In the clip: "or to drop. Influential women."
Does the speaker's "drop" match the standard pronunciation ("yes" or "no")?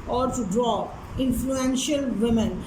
no